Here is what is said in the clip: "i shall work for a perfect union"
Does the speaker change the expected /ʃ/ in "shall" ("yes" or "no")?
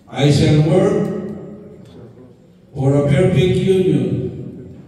yes